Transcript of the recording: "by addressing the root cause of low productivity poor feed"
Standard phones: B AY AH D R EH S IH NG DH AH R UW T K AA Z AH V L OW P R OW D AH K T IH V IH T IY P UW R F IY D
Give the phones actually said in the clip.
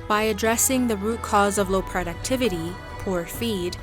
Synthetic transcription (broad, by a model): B AY AH D R EH S IH NG DH AH R UW T K AA Z AH V L OW P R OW D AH K T IH V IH T IY P UW R F IY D